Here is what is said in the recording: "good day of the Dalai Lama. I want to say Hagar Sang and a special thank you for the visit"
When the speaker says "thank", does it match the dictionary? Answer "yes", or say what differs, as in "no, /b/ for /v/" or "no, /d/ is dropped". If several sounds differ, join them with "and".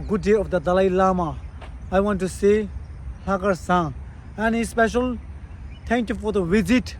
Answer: no, /t/ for /θ/